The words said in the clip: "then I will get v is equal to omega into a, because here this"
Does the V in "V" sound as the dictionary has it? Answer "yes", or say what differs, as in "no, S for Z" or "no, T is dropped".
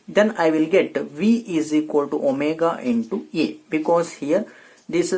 yes